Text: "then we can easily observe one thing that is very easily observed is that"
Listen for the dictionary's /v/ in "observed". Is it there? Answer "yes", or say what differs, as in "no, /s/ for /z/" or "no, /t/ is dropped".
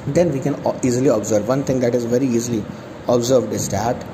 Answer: yes